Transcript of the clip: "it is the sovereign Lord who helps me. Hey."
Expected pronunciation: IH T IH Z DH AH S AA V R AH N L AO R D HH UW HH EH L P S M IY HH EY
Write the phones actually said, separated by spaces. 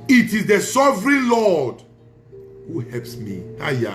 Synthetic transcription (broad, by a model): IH T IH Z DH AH S AA V R AH N L AO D HH UW HH EH L P S M IY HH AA